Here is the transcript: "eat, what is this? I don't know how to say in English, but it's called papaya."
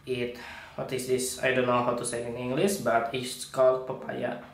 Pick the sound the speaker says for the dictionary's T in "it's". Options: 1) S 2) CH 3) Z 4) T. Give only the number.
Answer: 1